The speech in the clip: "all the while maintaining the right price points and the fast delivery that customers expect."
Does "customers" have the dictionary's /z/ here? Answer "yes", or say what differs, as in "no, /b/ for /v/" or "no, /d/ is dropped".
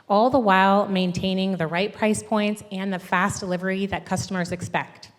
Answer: yes